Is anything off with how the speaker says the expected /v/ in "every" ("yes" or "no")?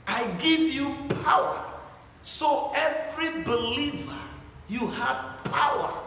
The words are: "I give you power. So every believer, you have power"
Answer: no